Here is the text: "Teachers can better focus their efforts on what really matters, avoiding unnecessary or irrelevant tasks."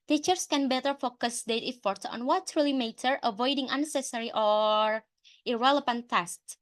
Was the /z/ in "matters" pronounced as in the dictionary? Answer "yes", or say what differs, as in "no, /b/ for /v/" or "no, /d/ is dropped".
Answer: no, /z/ is dropped